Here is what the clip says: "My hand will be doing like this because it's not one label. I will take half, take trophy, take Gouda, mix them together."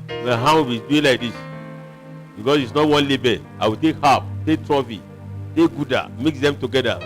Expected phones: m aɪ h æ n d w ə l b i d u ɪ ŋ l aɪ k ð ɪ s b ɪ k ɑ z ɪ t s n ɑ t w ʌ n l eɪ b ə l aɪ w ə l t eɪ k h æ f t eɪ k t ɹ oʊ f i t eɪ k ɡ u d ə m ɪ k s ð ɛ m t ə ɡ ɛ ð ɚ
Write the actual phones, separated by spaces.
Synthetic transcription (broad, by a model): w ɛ h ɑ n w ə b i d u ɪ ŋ l aɪ k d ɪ s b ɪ k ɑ s ɪ t s n ɑ t w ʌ n l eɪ b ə aɪ w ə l t eɪ k h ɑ p t eɪ k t ɹ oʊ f i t eɪ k ɡ u d ə m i k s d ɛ m t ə ɡ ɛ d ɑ